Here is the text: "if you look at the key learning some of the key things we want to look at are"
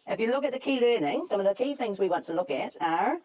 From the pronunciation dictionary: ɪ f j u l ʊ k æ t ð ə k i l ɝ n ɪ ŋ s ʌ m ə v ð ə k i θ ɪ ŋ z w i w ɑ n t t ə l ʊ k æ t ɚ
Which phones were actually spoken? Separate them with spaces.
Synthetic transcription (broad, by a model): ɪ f j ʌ l ʊ k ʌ t ð ə k i l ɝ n ɪ ŋ s ʌ m ə v ð ə k i θ ɪ ŋ z w i w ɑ n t t ə l ʊ k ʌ t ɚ